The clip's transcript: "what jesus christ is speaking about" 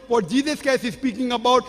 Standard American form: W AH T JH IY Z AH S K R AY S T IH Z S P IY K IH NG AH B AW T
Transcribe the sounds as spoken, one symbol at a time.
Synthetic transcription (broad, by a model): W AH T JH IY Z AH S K EH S IH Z S P IY K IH NG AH B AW T